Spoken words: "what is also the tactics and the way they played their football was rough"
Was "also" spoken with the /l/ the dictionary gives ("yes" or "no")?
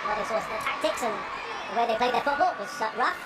no